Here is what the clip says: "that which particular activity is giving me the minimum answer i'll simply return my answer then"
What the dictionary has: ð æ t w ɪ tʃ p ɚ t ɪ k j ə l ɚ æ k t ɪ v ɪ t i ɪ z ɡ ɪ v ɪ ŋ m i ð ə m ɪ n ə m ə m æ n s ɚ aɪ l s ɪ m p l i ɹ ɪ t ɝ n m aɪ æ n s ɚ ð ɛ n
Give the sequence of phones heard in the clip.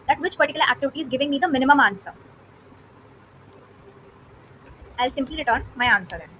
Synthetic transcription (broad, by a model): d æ t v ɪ tʃ p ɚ t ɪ k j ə l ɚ æ k t ɪ v ɪ t i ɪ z ɡ ɪ v ɪ ŋ m i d ə m ɪ n ə m ə m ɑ n s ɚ aɪ l s ɪ m p l i ɹ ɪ t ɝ n m aɪ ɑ n s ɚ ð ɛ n